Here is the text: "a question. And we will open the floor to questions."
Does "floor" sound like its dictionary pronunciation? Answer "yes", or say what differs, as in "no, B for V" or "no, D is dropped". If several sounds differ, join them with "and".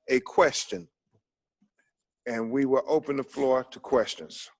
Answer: yes